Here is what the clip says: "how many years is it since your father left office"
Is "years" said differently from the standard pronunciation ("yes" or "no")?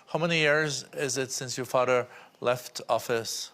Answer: no